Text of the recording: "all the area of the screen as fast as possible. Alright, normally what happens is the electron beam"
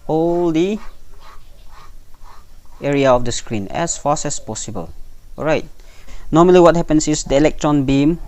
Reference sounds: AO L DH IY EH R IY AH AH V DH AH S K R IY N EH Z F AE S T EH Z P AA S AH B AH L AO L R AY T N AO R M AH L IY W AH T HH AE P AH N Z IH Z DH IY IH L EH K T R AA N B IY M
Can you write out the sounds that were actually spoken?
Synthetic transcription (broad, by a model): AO L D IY EH R IY AH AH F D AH S K R IY N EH S F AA S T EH S P AA S AH B AH L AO R AY T N AO M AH L IY W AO T HH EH P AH N S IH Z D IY IH L EH K T R AA N B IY M